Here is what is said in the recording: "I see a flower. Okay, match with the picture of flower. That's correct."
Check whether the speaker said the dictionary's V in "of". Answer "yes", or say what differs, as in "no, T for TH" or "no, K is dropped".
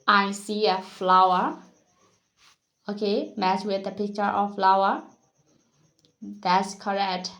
no, F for V